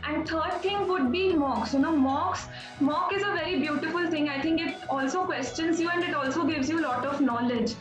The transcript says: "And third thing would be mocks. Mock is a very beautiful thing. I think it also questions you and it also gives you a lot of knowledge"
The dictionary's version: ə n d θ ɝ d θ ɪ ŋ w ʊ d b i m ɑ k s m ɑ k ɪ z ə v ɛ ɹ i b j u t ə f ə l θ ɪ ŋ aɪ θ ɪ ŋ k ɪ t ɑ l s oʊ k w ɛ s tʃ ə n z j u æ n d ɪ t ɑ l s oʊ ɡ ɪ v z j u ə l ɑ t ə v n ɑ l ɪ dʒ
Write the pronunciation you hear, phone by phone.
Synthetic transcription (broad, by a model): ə n d t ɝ d t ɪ ŋ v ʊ d b i m ɑ k s m ɑ k ɪ z ə v ɛ ɹ i b j u t ə f ə l t ɪ ŋ aɪ t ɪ ŋ k ɪ t ɑ l s oʊ k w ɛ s tʃ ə n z j u æ n d ɪ t ɑ l s oʊ ɡ ɪ v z j u l ɑ t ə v n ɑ l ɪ dʒ